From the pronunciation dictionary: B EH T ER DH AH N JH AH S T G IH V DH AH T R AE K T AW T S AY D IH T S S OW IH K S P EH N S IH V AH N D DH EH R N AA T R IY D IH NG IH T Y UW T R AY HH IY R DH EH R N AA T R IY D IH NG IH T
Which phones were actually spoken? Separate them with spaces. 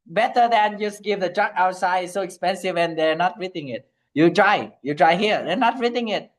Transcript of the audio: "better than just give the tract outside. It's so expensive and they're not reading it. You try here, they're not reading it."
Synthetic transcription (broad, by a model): B EH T ER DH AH N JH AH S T G IH V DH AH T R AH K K AW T S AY IH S S OW IH K S P EH N S IH V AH N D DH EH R N AA T R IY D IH NG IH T Y UW T R AY HH IY R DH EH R N AA T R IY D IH NG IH T